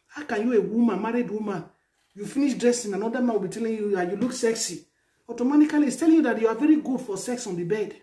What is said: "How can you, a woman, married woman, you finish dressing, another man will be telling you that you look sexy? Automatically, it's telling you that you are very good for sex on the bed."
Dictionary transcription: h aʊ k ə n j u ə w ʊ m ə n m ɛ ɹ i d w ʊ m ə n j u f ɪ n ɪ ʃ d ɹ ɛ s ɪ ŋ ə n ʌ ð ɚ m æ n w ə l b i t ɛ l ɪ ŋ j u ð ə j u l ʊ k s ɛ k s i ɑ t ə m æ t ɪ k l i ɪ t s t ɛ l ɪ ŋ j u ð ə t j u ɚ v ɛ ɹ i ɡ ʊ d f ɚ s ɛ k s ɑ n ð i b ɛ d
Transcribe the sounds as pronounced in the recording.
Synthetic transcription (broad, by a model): h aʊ k ə n j u ə w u m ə n m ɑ ɹ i d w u m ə n j u f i n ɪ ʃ d ɹ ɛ s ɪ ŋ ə n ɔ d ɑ m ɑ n w ə l b i t ɛ l ɪ ŋ j u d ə j u l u k s ɛ k s i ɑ t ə m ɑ t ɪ k l i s t ɛ l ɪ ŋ j u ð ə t j u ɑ v ɛ ɹ i ɡ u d f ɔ s ɛ k s ɑ n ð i b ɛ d